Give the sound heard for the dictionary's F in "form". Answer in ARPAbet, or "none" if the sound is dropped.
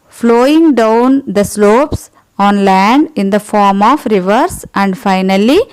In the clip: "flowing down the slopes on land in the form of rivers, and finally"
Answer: F